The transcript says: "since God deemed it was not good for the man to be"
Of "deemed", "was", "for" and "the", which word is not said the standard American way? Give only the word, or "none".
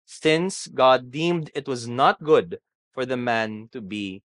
none